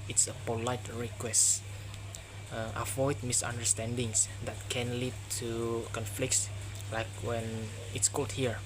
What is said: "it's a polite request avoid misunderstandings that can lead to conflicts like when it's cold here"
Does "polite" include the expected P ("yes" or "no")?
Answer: yes